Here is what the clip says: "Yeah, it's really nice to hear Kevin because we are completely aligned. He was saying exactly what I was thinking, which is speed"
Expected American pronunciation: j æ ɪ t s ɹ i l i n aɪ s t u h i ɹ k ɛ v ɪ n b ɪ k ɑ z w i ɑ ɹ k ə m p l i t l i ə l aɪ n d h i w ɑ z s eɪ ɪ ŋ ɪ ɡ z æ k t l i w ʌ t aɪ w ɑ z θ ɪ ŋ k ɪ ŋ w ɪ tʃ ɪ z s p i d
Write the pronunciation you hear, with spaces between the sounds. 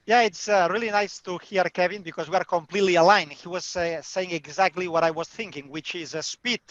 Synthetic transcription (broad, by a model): j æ ɪ t s ɹ i l i n aɪ s t u h i ɹ k ɛ v ɪ n b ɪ k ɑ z w i ɑ ɹ k ə m p l i t l i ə l aɪ n h i w ɑ z s eɪ ɪ ŋ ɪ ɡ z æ k t l i w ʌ t aɪ w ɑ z θ ɪ ŋ k ɪ ŋ w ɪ tʃ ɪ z s p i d